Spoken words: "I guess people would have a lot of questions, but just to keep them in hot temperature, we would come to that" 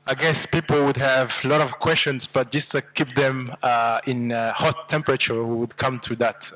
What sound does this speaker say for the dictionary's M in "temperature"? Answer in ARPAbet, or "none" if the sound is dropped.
M